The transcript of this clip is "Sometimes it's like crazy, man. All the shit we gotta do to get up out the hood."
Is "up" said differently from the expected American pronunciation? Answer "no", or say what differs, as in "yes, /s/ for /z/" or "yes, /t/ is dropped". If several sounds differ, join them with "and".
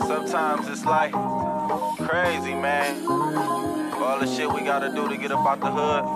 yes, /b/ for /p/